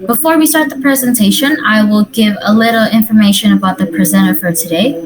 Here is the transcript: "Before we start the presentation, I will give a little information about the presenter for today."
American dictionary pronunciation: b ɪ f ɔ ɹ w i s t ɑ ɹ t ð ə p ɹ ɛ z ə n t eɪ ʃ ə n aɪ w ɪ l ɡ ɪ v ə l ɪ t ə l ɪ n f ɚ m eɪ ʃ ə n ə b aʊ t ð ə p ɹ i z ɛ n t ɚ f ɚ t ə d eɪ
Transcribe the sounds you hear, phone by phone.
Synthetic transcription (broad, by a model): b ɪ f ɔ ɹ w i s t ɑ ɹ t ð ə p ɹ ɛ z ə n t eɪ ʃ ə n aɪ w ɪ l ɡ ɪ v ə l ɪ t l ɪ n f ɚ m eɪ ʃ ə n ə b aʊ t ð ə p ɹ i z ɛ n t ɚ f ɚ t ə d eɪ